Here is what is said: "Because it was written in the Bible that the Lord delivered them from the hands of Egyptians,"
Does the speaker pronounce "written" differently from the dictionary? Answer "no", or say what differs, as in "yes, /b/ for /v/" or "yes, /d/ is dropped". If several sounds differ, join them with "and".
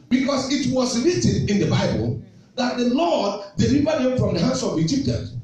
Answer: yes, /l/ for /ɹ/